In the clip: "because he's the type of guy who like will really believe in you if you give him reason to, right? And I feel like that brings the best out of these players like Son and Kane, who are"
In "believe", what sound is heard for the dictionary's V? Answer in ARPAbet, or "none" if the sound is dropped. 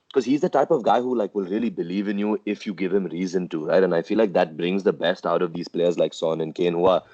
V